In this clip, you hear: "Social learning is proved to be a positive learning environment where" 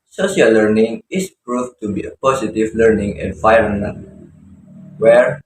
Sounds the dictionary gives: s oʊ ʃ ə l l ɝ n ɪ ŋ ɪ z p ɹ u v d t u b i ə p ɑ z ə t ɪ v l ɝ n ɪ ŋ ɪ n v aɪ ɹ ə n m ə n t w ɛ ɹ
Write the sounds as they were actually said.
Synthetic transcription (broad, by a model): s oʊ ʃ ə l l ɝ n ɪ ŋ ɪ s p ɹ u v t u b i ə p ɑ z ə t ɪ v l ɝ n ɪ ŋ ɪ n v aɪ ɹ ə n ə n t w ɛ ɹ